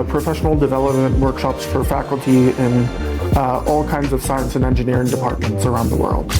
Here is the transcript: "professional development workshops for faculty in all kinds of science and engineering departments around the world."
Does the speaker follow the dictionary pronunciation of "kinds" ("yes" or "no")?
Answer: yes